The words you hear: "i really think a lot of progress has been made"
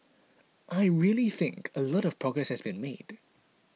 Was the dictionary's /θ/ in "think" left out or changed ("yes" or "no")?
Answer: no